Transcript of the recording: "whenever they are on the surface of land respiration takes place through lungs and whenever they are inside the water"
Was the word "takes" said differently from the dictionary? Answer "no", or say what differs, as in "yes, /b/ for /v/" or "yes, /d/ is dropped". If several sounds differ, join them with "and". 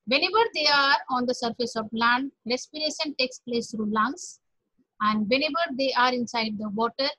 no